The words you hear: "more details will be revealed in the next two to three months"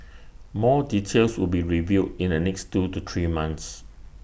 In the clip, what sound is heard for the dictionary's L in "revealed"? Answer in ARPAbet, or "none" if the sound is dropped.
none